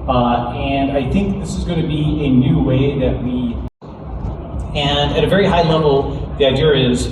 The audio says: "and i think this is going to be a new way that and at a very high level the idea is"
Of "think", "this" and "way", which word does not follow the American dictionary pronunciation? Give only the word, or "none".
none